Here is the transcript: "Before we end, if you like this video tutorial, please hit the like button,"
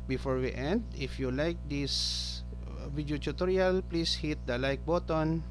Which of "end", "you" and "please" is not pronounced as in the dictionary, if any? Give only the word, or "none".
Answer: please